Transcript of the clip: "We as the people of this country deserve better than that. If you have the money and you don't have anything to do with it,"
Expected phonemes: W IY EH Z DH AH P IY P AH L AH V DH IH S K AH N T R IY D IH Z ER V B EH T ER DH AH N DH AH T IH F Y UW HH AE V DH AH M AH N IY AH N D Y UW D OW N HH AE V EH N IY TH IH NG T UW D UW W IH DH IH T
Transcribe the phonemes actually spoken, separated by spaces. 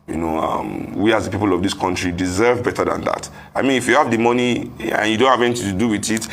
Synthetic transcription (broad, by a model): W IY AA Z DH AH P IY P AH L AH V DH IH S K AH N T R IY D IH Z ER V B EH T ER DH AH N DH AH T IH F Y UW HH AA V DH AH M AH N IY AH N Y UW D OW N HH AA V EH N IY T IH T UW D UW W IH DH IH T